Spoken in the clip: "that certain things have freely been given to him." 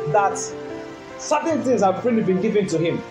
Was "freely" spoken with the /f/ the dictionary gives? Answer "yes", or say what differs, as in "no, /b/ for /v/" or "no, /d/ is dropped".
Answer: no, /p/ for /f/